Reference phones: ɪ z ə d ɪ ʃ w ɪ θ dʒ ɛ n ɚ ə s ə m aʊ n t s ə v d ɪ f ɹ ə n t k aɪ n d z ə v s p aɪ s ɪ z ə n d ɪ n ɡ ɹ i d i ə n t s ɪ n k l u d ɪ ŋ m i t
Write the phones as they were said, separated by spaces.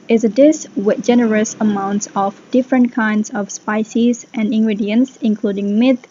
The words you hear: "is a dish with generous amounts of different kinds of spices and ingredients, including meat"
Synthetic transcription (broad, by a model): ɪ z ə d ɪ s w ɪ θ dʒ ɛ n ɚ ə s ə m aʊ n t s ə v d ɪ f ɹ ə n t k aɪ n d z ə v s p aɪ s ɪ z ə n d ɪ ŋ ɡ ɹ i d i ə n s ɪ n k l u d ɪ ŋ m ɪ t